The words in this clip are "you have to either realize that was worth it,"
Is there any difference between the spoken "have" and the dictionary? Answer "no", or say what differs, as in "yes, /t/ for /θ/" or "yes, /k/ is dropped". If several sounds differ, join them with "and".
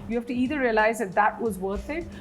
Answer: yes, /f/ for /v/